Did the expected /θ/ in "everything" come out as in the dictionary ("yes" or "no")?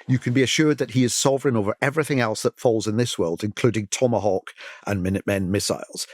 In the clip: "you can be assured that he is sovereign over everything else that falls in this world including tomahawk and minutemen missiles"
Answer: yes